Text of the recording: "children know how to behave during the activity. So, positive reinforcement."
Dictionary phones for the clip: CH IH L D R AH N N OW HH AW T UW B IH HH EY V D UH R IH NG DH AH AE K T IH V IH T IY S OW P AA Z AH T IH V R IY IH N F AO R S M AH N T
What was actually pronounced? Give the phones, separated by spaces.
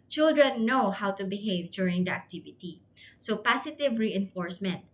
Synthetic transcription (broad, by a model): CH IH L D R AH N N OW HH AW T UW B IH HH EY V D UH R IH NG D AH AE K T IH V IH T IY S OW P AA S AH T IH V R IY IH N F AO R S M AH N T